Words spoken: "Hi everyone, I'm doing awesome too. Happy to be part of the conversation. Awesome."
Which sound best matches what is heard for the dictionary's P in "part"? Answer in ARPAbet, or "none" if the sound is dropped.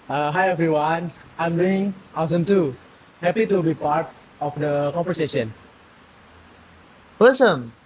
P